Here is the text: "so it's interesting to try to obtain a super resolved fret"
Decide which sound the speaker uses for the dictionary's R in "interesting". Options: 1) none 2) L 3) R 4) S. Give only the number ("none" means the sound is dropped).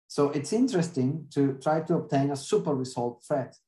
3